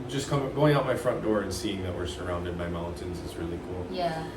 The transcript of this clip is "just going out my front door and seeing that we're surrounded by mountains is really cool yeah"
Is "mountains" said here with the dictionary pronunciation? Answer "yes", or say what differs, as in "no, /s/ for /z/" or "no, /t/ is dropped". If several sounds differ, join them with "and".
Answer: yes